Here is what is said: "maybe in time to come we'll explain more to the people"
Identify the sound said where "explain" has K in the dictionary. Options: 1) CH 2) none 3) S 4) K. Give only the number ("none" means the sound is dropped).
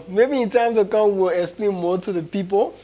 2